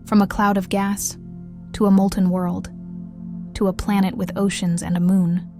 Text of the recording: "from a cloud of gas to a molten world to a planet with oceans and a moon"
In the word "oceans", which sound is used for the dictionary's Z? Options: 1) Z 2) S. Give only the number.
1